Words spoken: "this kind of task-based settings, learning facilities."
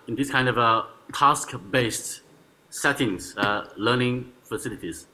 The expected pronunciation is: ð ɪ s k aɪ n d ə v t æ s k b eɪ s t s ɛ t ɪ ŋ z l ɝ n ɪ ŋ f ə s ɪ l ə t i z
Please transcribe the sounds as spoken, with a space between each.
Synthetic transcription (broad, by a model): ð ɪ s k aɪ n d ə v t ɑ s k b eɪ s t s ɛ t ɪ ŋ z l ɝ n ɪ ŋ f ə s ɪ l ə t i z